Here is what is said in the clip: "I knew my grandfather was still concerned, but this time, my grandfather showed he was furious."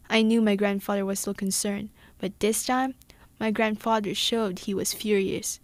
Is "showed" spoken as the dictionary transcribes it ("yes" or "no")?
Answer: yes